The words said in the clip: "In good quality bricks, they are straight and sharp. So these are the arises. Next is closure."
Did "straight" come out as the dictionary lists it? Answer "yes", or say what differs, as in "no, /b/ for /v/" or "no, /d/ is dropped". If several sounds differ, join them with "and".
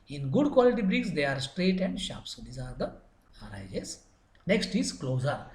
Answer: yes